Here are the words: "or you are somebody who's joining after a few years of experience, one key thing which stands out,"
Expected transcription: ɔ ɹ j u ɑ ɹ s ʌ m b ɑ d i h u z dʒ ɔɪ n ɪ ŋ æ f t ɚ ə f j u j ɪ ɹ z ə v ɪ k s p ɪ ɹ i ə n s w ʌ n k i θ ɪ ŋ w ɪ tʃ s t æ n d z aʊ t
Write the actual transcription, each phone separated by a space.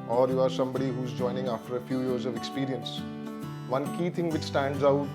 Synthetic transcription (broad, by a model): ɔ ɹ j u ɑ ɹ s ʌ m b ɑ d i h u z dʒ ɔɪ n ɪ ŋ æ f t ɚ ə f j u j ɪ ɹ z ə v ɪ k s p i ɹ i ə n s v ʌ n k i t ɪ ŋ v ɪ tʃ s t æ n d z aʊ t